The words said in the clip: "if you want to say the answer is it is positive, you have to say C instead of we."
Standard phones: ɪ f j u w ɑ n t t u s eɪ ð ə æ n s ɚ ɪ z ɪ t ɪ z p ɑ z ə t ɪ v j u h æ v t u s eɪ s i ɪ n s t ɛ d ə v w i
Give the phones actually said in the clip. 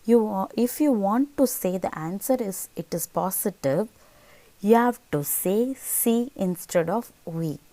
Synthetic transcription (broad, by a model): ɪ f j u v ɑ n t t u s eɪ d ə æ n s ɚ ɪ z ɪ t ɪ z p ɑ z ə t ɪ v j u h æ v t u s eɪ s i ɪ n s t ɛ d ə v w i